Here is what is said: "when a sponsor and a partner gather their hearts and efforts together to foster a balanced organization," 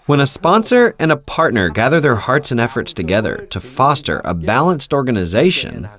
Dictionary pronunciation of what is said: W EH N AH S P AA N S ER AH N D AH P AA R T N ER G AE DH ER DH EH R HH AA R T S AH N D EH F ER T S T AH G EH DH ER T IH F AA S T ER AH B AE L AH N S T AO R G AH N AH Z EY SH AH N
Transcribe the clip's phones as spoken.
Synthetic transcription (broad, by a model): W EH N AH S P AA N S ER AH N AH P AA R T N ER G AE DH ER DH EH R HH AA R T S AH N EH F ER T S T AH G EH DH ER T IH F AA S T ER AH B AE L AH N S T AO R G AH N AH Z EY SH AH N